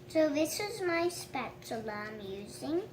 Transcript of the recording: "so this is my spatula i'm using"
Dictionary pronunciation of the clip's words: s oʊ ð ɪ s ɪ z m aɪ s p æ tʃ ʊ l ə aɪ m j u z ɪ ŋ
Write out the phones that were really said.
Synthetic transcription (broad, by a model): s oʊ ð ɪ s ɪ z m aɪ s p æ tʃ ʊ l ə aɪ m j u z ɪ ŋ